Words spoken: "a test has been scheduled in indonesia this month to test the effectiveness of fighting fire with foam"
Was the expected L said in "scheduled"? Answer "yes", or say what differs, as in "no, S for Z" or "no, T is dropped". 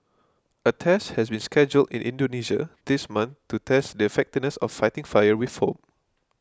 yes